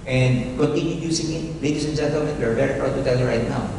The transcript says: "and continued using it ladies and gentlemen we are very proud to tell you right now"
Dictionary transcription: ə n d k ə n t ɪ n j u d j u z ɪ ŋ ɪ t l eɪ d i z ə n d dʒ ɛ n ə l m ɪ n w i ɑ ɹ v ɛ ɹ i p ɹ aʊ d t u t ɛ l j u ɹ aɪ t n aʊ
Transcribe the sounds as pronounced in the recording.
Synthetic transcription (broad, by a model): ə n d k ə n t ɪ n j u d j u s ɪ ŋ ɪ t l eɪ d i s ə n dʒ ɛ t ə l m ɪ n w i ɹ v ɛ ɹ i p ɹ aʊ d t u t ɛ l j u ɹ aɪ t n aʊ